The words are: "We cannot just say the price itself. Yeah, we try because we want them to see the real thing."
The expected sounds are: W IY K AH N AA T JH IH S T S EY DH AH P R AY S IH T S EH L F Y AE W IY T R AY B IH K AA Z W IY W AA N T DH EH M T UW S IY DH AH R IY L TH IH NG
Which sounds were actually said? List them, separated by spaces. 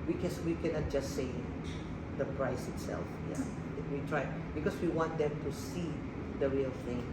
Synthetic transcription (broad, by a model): W IY K AH N AA T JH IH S S EY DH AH P R AY S IH T S EH L F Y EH W IY T R AY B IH K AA S W IY W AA N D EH M T UW S IY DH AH R IY L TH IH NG